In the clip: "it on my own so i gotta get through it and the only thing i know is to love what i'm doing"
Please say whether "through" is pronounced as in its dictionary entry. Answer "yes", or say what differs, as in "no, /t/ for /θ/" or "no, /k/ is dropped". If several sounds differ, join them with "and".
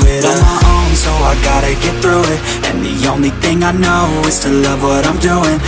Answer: yes